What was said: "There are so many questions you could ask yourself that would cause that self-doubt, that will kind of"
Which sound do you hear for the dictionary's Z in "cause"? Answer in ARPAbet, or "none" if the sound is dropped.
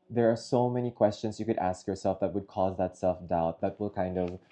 Z